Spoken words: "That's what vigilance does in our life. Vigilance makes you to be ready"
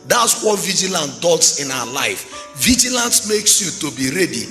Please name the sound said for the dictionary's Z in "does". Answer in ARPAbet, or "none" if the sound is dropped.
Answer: S